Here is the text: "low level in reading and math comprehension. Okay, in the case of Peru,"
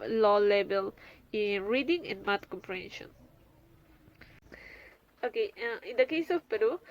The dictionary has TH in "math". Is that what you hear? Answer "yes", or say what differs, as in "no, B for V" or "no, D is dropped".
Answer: no, T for TH